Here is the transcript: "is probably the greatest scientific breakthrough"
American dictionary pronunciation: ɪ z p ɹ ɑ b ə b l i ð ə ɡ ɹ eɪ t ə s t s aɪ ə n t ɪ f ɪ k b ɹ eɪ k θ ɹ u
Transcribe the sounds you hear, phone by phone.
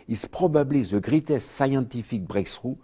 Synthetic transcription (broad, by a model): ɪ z p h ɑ b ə b l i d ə ɡ ɹ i t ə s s aɪ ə t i f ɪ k b ɹ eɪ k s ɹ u